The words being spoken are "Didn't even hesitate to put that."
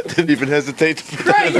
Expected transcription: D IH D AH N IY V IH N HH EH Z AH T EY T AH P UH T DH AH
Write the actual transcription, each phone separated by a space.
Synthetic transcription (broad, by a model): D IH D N IY V IH N HH EH Z AH T EY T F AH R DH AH